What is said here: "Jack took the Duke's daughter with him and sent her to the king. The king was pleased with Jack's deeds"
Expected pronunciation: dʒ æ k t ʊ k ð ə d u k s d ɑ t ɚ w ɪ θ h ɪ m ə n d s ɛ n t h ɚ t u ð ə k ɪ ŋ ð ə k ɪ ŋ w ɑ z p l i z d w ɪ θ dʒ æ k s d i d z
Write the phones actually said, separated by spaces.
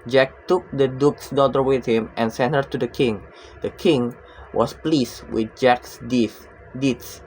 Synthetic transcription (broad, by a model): dʒ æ k t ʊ k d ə d u k s d ɑ t ɚ w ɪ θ h ɪ m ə n s ɛ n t h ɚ t u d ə k ɪ ŋ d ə k ɪ ŋ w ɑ s p l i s w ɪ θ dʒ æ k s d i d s